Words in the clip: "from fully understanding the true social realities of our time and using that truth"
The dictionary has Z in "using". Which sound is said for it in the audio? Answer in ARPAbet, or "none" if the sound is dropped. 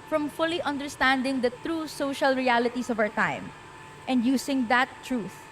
S